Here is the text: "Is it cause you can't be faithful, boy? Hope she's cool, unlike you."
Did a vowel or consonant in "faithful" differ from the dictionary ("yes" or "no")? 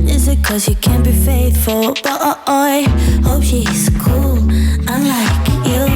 no